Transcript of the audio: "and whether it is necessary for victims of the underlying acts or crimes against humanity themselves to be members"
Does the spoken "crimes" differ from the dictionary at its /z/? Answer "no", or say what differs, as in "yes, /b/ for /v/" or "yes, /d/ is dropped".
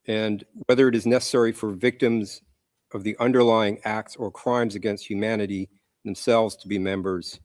no